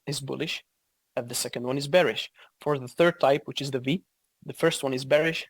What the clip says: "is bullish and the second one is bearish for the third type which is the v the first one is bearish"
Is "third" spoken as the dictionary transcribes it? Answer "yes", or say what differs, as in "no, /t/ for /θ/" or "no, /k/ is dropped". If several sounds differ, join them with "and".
yes